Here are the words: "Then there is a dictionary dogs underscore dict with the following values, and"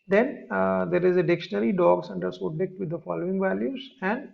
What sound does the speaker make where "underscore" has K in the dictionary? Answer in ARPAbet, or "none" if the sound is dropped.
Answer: none